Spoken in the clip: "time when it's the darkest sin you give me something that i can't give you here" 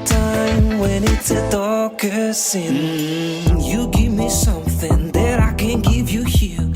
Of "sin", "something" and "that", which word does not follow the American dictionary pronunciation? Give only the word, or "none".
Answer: none